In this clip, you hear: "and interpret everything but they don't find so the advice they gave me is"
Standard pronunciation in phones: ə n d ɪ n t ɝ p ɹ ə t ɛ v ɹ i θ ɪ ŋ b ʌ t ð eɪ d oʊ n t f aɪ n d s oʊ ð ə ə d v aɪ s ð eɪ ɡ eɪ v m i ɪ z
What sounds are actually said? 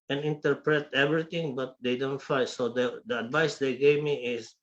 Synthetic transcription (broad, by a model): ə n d ɪ n t ɝ p ɹ ə t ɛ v ɹ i t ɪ ŋ b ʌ t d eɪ d oʊ n t f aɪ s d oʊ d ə ə d v aɪ s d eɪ ɡ eɪ v m i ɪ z